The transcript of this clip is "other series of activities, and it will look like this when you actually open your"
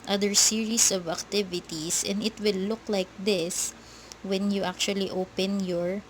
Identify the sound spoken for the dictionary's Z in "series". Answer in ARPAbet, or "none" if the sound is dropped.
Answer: S